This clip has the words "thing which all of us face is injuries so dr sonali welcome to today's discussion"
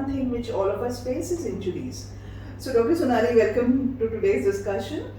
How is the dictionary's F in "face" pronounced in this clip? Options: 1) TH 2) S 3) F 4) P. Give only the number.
4